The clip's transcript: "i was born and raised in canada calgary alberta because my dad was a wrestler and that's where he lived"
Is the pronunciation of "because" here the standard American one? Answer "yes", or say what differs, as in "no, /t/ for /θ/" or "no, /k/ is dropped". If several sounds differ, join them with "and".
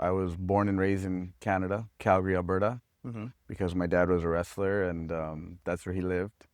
yes